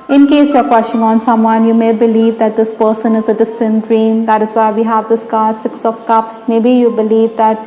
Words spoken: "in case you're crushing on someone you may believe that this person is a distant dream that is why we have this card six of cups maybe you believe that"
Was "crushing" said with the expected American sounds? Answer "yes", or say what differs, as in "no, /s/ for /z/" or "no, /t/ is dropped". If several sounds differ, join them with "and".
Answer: no, /w/ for /ɹ/